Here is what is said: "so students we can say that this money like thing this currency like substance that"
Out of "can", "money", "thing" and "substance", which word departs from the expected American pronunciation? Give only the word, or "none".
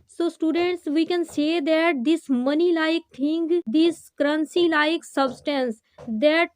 thing